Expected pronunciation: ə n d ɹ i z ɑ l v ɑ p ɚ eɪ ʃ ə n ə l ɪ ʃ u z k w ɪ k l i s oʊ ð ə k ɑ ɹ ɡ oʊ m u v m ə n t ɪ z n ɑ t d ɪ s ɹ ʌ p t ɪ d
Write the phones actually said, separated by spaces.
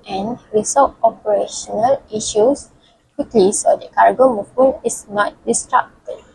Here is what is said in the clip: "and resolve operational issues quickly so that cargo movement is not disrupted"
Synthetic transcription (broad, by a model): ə n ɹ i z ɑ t ɑ p ɚ eɪ ʃ ə n ə l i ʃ u s k w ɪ k l i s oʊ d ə k ɑ ɹ ɡ oʊ m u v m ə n ɪ s n ɑ t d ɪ s ɹ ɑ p t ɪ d